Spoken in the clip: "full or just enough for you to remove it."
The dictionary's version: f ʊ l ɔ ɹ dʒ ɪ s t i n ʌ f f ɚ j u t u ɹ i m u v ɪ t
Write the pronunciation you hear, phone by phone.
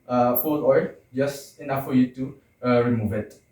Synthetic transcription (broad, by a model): f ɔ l ɔ l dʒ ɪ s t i n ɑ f f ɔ j u t u ɹ i m u v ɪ t